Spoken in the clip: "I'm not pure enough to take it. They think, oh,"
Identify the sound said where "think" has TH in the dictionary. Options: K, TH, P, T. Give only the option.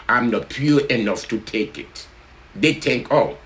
T